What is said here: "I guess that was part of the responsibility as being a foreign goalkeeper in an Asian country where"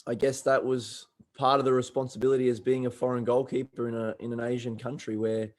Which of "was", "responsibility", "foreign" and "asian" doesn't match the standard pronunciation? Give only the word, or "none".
none